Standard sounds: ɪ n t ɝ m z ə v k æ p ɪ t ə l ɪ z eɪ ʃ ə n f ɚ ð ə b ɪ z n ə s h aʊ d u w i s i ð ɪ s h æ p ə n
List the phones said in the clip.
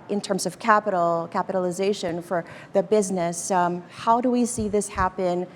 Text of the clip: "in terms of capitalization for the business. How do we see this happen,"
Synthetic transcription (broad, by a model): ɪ n t ɝ m z ə v k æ p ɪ t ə l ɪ z eɪ ʃ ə n f ɚ ð ə b ɪ z n ə s h aʊ d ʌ w i s i ð ɪ s h æ p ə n